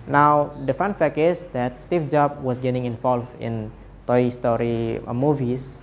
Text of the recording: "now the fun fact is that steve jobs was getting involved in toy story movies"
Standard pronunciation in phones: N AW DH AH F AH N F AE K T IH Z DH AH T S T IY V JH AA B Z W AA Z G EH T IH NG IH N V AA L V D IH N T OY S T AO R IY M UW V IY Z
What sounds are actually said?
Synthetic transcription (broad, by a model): N AW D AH F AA N F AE K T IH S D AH T S T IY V JH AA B W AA S G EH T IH NG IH N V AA L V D IH N T OY S T AO R IY M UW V IY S